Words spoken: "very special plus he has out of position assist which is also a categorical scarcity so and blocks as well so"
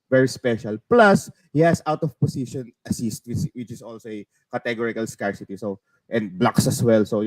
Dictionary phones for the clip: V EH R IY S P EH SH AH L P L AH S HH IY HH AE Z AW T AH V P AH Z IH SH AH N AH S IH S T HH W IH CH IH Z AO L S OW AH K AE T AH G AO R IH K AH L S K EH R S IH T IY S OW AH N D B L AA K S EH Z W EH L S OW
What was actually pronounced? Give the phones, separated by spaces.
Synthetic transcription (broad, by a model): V EH R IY S P EH SH AH L P L AH S HH IY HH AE S AW T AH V P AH S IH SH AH N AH S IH S T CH W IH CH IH S AO L S OW AH K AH T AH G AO R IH K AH L S K EH R S IH T IY S OW AH N D B L AA K S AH S W EH L S OW